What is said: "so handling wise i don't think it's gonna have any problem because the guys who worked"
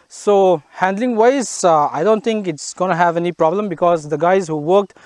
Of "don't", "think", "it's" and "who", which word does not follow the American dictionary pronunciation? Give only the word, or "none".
think